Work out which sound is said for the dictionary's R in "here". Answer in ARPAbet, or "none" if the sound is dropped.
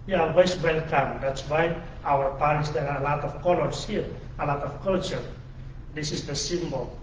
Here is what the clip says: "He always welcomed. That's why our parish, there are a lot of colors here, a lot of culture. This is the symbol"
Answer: R